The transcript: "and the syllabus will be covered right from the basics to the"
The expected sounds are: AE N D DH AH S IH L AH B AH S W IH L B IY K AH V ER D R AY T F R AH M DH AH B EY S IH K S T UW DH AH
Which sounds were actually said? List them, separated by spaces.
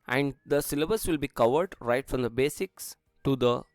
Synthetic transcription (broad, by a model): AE N D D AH S IH L AH B AH S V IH L B IY K AH V ER D R AY T F R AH M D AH B EY S IH K S T UW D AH